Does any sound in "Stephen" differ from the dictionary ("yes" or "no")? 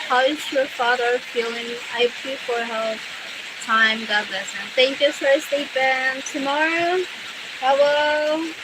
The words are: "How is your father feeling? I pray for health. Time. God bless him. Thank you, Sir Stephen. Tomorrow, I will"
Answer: yes